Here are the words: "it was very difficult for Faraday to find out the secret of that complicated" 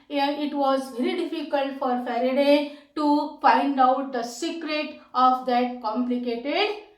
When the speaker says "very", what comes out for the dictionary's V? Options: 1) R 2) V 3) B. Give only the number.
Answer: 2